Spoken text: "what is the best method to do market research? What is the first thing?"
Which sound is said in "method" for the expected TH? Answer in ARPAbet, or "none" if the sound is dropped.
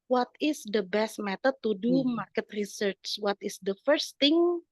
T